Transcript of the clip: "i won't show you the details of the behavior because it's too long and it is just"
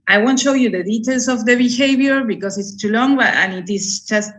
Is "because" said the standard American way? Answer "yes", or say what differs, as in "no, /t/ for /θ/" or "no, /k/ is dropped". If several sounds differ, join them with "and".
no, /s/ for /z/